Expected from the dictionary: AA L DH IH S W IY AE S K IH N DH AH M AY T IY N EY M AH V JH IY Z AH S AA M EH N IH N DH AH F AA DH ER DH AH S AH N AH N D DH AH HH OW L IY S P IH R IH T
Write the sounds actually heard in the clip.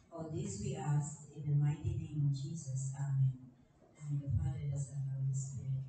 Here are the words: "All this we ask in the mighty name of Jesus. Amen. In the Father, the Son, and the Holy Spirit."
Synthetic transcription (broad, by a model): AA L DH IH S W IY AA S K IH N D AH M AY T IY N EY M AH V JH IY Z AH S AA M EH N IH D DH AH F AA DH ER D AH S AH L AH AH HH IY S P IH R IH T